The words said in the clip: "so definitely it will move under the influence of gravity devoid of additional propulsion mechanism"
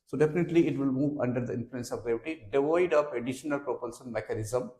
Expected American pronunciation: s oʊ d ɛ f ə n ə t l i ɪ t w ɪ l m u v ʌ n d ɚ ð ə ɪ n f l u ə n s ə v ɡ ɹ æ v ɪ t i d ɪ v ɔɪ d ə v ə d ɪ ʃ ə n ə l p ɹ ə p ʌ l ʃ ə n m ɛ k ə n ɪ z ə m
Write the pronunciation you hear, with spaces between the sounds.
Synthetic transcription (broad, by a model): s oʊ d ɛ f ə n ə t l i ɪ t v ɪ l m u v ʌ n d ɚ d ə ɪ n f l u ə n s ə v ɡ ɹ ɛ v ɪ t i d ɪ v ɔɪ d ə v ə d ɪ ʃ ə n ə l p ɹ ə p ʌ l s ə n m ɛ k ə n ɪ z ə m